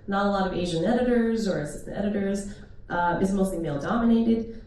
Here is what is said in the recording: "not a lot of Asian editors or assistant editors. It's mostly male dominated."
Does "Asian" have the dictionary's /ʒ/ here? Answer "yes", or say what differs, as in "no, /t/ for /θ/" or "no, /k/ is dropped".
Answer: yes